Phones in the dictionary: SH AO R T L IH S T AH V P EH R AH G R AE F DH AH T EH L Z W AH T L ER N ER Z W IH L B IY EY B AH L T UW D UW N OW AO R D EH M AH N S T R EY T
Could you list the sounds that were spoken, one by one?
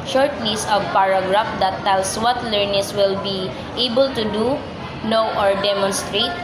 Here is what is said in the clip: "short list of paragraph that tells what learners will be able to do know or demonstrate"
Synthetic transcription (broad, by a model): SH AO R T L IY S AH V P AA R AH G R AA F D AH T EH L S W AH T L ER N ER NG W IH L B IY EY B AH L T UW D UW N OW AO R D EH M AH N S T R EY T